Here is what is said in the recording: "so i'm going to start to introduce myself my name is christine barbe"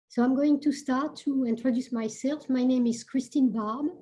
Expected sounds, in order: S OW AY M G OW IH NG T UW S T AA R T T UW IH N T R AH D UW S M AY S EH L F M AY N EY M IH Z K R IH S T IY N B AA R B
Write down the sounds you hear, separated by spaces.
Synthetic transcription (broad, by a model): S OW AY M G OW IH NG T UW S T AA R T T UW IH N T R AH D UW S M AY S EH L F M AY N EY M IH Z K R IH S T IY N B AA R B